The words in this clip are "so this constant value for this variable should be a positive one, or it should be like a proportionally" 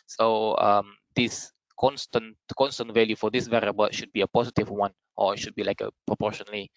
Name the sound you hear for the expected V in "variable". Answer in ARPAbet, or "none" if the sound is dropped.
V